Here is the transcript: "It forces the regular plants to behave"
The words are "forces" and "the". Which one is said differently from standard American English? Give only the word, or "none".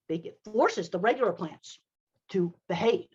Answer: none